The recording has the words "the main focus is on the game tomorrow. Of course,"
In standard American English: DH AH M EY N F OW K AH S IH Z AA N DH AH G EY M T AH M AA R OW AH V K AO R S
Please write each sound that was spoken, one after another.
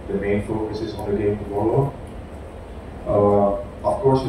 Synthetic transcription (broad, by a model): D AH M EY N F OW K AH S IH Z AA N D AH G EY M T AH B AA L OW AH F K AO R S